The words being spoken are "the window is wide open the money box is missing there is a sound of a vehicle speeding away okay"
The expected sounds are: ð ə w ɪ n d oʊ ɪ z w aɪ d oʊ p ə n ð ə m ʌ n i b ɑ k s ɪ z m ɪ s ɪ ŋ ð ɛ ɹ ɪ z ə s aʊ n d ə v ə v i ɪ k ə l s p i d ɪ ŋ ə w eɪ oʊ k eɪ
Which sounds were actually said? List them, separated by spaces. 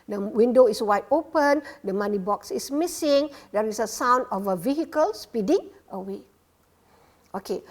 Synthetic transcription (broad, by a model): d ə w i n d oʊ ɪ s w aɪ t oʊ p ə n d ə m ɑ n i b ɑ k s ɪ s m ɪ s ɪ ŋ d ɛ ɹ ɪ s ə s aʊ n d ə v ə v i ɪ k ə l s p i d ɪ ŋ ə w eɪ oʊ k eɪ